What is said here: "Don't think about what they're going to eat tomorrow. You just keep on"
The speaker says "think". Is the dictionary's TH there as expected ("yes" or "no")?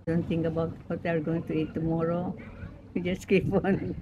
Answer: no